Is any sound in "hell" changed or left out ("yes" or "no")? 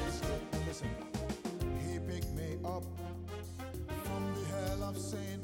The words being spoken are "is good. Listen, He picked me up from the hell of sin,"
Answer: no